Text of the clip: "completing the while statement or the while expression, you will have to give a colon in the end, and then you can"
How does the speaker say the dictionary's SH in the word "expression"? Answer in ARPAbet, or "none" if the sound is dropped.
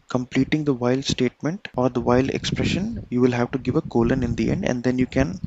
SH